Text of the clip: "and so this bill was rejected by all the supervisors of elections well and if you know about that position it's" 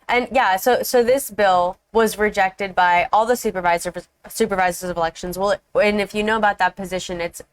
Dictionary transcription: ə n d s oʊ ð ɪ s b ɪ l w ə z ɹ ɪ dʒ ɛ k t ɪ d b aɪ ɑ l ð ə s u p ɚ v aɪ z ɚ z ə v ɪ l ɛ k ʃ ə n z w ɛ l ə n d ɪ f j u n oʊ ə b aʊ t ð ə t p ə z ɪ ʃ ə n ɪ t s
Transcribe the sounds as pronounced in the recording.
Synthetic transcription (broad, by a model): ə n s s oʊ ð ɪ s b ɪ l w ə z ɹ ɪ dʒ ɛ k t ɪ d b aɪ ɑ l ð ə s u p ɚ v aɪ z ɚ z ə v ɪ l ɛ k ʃ ə n z w ɛ l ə n ɪ f j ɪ n oʊ ə b aʊ t ð ə t p ə z ɪ ʃ ə n ɪ t s